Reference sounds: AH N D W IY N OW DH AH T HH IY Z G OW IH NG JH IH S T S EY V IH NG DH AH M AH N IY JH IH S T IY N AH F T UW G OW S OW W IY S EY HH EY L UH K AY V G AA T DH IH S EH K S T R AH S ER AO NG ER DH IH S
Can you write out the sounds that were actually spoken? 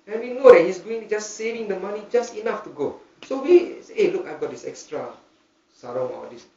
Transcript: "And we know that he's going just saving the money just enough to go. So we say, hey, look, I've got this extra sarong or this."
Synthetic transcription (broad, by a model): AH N W IY N OW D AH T HH IY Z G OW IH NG JH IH S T S EY V IH NG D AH M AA N IY JH IH S T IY N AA F T UW G OW S OW W IY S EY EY L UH K AY V G AA T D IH S EH K S T R AH S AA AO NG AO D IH S